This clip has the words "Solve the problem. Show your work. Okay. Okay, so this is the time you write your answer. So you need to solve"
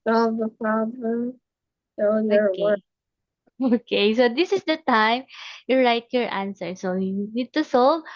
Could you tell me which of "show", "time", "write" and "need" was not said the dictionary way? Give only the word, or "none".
show